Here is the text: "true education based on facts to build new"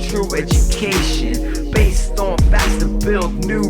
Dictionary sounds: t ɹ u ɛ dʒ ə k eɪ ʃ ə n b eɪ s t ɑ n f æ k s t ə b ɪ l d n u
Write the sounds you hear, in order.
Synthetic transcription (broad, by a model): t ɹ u ɛ dʒ ə k eɪ ʃ ə n b eɪ s t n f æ s t ə b ɪ l d n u